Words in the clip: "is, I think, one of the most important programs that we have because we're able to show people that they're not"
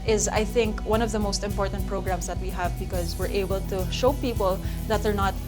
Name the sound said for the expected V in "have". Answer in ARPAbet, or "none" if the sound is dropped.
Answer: V